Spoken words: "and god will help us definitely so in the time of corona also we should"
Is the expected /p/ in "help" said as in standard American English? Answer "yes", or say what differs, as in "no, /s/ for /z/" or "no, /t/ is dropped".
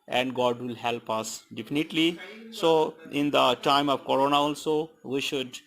yes